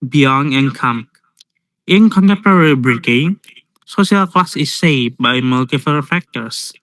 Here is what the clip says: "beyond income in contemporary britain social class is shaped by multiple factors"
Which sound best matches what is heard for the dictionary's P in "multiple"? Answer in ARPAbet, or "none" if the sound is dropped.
F